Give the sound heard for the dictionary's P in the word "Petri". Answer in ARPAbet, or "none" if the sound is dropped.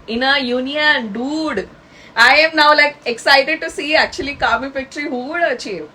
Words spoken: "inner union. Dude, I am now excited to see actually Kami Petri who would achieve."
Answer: F